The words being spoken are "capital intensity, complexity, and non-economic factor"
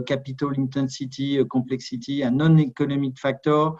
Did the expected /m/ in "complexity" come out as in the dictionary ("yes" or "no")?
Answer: no